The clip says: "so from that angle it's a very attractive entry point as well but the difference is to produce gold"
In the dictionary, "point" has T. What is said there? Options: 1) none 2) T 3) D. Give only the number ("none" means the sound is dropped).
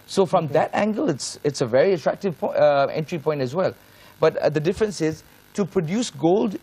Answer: 2